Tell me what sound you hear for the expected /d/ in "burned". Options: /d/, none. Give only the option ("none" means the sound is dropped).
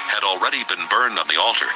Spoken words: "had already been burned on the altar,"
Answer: /d/